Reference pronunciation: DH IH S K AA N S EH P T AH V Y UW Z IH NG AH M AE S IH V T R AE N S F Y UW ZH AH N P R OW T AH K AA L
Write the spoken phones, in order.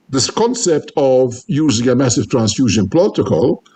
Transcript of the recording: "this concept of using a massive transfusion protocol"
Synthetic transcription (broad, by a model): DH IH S K AA N S EH P T AH V Y UW Z IH NG AH M AE S IH V T R AE N S F Y UW ZH AH N P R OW T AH K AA L